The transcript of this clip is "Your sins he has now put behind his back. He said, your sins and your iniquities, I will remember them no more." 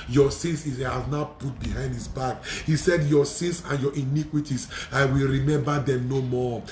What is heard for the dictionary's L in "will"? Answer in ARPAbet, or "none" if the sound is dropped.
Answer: L